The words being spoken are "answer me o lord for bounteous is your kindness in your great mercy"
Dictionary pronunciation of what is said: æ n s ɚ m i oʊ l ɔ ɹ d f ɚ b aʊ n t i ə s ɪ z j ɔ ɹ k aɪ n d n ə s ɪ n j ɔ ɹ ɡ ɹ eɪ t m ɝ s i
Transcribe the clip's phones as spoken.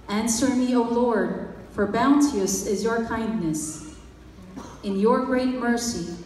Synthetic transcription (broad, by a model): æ n s ɚ m i oʊ l ɔ ɹ d f ɚ b aʊ n t i ə s ɪ z j ɔ ɹ k aɪ n d n ə s ɪ n j ɔ ɹ ɡ ɹ eɪ t m ɝ s i